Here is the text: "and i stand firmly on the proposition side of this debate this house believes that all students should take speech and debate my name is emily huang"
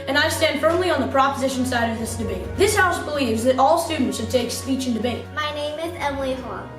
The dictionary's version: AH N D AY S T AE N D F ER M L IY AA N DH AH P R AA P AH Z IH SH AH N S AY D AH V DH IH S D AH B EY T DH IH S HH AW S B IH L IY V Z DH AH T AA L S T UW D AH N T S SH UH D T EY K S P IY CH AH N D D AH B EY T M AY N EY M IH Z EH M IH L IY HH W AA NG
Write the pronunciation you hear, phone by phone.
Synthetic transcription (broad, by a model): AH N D AY S T AE N D F ER M L IY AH N DH AH P R AA P AH Z IH SH AH N S AY D AH V DH IH S D AH B EY T DH IH S HH AW S B IH L IY V Z DH AH T AA L S T UW D N T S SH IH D T EY K S P IY CH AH N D D AH B EY T M AY N EY M IH Z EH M L IY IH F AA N